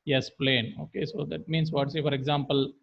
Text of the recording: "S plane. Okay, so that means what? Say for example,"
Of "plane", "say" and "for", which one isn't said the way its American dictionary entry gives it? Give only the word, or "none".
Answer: none